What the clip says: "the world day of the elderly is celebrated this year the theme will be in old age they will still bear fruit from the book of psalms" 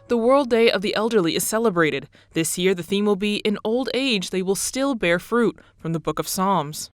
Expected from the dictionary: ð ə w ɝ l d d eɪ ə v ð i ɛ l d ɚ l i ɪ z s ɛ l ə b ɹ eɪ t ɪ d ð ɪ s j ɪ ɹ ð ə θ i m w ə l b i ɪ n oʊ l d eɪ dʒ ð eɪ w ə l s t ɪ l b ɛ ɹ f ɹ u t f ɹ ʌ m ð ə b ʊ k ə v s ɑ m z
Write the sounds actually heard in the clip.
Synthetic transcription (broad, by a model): ð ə w ɝ l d d eɪ ə v ð i ɛ l d ɚ l i ɪ z s ɛ l ə b ɹ eɪ t ɪ d ð ɪ s j ɪ ɹ ð ə θ i m w ə l b i ɪ n oʊ l d eɪ dʒ ð eɪ w ə l s t ɪ l b ɛ ɹ f ɹ u t f ɹ ʌ m ð ə b ʊ k ə v s ɑ m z